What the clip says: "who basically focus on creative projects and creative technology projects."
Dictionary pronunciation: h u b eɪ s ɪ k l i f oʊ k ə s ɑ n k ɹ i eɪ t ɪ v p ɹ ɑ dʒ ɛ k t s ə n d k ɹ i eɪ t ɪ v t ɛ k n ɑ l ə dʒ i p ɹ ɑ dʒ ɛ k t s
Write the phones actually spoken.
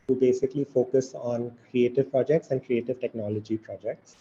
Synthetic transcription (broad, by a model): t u b eɪ s ɪ k l i f oʊ k ə s ɑ n k ɹ i eɪ t ɪ v p ɹ ɑ dʒ ɛ k t s ə n d k ɹ i eɪ t ɪ v t ɛ k n ɑ l ə dʒ i p ɹ ɑ dʒ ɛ k t s